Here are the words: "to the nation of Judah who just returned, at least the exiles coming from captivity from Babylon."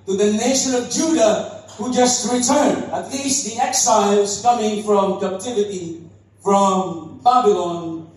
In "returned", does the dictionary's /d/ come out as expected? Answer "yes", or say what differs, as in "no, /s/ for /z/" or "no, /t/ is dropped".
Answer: no, /d/ is dropped